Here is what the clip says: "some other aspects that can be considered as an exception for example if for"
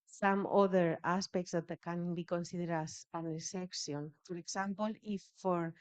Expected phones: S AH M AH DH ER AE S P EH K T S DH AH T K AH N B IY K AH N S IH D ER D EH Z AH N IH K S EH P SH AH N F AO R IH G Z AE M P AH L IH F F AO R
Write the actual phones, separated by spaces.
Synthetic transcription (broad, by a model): S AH M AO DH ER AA S P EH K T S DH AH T K AH N B IY K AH N S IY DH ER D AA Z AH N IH S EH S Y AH N F AO R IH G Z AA M P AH L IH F F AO R